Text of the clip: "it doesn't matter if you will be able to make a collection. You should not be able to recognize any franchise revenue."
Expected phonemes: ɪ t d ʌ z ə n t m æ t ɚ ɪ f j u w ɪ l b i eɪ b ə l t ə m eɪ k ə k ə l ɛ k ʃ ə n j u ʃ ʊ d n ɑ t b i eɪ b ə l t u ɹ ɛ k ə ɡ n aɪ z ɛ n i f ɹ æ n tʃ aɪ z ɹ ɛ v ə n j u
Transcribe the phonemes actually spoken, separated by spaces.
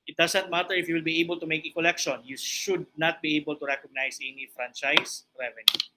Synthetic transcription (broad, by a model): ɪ t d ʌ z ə n t m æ t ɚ ɪ f j u w ɪ l b i eɪ b ə l t ə m eɪ k ə k ə l ɛ k ʃ ə n j u ʃ ʊ d n ɑ t b i eɪ b ə l t u ɹ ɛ k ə ɡ n aɪ s ɛ n i f ɹ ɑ n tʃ aɪ s ɹ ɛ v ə n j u